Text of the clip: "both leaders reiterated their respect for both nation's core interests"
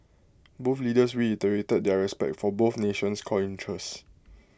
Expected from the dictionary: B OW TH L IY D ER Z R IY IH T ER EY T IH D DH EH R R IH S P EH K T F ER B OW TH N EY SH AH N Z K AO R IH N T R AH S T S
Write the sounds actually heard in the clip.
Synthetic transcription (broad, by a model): B OW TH L IY D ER S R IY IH T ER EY T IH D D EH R R IH S P EH K T F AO B OW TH N EY SH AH N S K AO L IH N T R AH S S